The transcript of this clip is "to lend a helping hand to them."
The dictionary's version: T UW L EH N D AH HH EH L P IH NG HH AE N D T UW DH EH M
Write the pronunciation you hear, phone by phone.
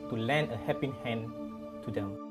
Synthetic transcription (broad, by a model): T UW L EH N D AH HH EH P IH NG HH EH N T UW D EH M